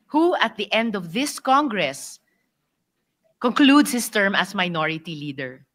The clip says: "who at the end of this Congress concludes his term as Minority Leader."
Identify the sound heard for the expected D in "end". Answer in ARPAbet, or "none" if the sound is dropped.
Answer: D